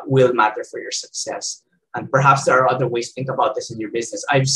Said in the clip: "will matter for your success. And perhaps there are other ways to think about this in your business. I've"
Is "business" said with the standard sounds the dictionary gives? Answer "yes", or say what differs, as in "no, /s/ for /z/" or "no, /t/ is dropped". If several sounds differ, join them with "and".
yes